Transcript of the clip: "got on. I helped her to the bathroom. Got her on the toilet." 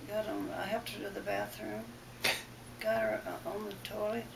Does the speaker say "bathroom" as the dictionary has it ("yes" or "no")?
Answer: yes